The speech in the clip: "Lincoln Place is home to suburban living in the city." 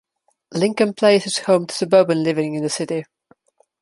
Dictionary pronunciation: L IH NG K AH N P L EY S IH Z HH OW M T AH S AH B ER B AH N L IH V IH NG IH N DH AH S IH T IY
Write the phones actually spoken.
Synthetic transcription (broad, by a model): L IH NG K AH N P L EY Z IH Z HH OW M T AH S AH B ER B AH N L IH V IH NG IH N DH AH S IH T IY